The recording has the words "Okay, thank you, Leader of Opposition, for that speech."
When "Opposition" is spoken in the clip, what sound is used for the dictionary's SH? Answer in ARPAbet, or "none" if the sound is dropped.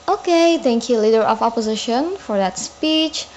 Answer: SH